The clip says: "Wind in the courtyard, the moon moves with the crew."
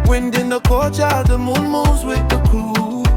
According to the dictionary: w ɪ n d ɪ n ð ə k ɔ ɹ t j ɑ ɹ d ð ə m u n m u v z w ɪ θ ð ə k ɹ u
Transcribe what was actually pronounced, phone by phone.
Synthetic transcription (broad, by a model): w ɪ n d ɪ n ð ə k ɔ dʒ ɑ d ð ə m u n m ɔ z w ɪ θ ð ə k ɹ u